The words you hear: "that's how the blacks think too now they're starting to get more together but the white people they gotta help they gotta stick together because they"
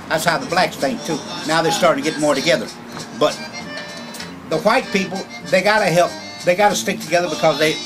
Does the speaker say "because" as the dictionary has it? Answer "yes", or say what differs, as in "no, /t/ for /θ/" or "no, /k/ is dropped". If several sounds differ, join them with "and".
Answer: yes